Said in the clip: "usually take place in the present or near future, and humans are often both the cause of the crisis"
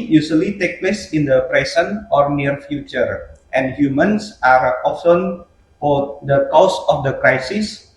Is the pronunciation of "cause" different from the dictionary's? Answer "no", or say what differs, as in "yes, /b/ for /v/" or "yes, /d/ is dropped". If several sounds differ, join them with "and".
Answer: yes, /s/ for /z/